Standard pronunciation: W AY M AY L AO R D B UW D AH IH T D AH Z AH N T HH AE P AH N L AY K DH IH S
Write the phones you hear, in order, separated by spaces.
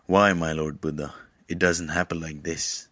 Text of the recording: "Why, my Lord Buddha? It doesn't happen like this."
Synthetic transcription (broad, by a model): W AY M AY L AO R D B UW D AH IH T D AH Z AH N T HH AE P AH N L AY K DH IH S